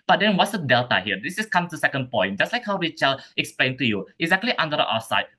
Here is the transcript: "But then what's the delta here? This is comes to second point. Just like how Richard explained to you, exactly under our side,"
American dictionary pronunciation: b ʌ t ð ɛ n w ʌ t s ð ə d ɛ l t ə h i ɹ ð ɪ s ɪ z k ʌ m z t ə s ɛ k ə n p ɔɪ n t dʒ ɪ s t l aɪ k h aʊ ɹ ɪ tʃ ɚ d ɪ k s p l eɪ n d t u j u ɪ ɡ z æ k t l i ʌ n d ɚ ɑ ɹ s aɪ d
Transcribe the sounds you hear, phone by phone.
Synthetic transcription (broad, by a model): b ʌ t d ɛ n w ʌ t s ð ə d ɛ l t ə h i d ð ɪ s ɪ s k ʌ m t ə s ɛ k ə n p ɔɪ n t dʒ ɪ s t l aɪ k h aʊ w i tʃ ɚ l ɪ k s p l eɪ n t u j u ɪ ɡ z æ k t l i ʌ n d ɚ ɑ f s aɪ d